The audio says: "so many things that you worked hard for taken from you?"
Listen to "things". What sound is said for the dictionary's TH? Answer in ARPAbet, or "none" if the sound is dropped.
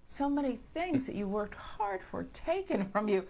TH